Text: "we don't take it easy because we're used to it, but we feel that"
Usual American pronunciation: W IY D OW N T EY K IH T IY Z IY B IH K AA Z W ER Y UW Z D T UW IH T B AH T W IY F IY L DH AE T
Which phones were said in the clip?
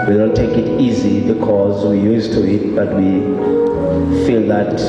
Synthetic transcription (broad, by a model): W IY D OW N T EY K IH T IY Z IY B IH K AA Z W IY Y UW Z T UW IH T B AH T W IY F IY L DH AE T